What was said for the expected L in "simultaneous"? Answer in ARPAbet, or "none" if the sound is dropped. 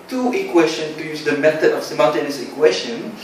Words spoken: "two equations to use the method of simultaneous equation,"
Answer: N